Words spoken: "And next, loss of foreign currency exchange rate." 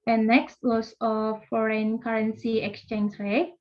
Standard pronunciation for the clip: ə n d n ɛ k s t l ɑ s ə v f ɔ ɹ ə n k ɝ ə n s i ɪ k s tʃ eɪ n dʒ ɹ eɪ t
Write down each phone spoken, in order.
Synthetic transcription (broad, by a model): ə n n ɛ k s t w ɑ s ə f ɔ ɹ ə n k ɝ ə n s i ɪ k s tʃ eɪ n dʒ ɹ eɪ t